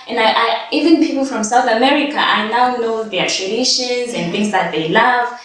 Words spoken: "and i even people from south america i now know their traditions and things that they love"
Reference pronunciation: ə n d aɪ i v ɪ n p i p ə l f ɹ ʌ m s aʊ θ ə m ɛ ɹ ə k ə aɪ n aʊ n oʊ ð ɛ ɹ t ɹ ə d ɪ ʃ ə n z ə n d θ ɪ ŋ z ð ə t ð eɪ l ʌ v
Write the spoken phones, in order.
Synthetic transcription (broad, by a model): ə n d aɪ i v ɪ n p i p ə l f ɹ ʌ m s aʊ θ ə m ɛ ɹ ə k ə aɪ n aʊ n oʊ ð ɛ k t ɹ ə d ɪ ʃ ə n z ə n θ ɪ ŋ z ð ə t ð eɪ l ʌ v